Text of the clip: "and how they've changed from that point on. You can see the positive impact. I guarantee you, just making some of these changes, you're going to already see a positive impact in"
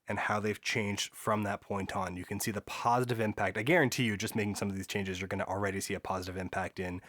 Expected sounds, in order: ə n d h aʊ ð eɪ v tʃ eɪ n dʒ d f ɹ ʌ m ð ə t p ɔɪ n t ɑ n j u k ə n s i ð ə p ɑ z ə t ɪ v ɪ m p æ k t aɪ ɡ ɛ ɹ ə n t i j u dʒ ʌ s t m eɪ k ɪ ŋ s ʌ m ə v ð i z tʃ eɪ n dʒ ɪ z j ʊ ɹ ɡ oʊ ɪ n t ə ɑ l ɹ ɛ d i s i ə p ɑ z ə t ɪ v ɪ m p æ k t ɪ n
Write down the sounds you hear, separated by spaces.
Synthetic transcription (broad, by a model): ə n h aʊ ð eɪ v tʃ eɪ n dʒ d f ɹ ʌ m ð ə t p ɔɪ n t n j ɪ k ə n s i ð ə p ɑ z ə t ɪ v ɪ m p æ k t aɪ ɡ ɛ ɹ ə n t i j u dʒ ʌ s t m eɪ k ɪ ŋ s ʌ m ə v ð i z tʃ eɪ n dʒ ɪ z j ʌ ɹ ɡ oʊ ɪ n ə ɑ l ɹ ɛ d i s i ə p ɑ z ə t ɪ v ɪ m p æ k t ɪ n